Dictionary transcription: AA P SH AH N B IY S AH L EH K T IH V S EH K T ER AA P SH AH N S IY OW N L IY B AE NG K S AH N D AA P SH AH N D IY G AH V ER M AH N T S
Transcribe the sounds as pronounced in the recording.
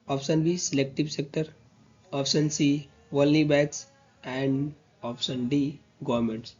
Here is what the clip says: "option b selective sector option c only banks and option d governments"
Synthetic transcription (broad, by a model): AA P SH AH N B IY S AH L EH K T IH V S EH K T ER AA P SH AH N S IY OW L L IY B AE K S AH N D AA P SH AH N D IY G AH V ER M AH N T S